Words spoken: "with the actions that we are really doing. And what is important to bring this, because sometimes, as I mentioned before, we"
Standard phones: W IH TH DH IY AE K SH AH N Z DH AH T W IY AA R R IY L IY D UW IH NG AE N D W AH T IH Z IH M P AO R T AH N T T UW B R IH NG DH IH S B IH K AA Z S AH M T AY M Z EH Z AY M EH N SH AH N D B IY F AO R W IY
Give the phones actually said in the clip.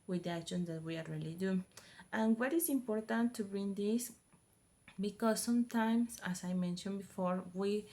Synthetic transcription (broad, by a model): W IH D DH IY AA K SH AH N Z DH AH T W IY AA L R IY L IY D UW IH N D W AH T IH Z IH M P AO R T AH N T T UW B R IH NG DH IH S B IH K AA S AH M T AY M S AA S AY M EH N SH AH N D B IY F AO R W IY